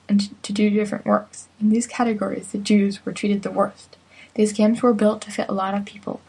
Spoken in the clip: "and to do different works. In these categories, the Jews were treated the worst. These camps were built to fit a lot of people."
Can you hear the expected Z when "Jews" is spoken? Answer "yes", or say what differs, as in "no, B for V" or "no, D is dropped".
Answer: yes